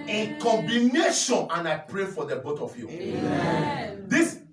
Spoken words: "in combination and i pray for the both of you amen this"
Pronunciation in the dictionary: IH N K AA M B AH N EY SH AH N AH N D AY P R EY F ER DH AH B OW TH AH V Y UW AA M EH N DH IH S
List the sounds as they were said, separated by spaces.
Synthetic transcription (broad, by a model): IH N K AA M B AH N EY SH AH N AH N AY P R EY F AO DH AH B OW T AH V Y UW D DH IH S